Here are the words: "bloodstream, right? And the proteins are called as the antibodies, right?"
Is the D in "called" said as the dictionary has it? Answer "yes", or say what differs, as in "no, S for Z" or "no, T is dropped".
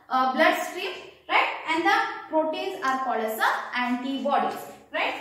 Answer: no, D is dropped